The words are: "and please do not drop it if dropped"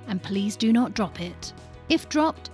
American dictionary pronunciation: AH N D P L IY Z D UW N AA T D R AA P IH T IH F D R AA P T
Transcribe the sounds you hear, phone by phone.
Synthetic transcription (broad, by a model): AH N P L IY Z D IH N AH T D R AA P IH T IH F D R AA P T